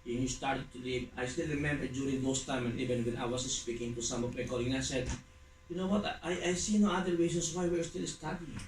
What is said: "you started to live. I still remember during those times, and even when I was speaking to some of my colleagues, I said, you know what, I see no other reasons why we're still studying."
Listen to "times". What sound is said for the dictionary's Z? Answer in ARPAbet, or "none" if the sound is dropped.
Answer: none